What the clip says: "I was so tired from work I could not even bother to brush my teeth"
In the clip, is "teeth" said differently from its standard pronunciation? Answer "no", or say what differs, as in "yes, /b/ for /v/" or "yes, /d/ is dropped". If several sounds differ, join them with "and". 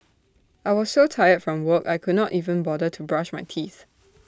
no